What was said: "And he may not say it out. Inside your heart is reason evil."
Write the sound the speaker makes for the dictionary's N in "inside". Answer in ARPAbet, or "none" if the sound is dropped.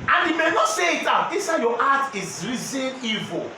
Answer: none